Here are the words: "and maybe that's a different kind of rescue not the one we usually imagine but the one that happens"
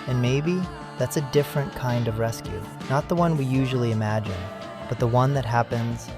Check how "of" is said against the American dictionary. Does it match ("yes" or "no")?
yes